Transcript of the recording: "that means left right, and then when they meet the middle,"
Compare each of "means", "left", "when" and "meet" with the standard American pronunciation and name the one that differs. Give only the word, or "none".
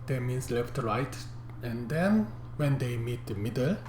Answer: means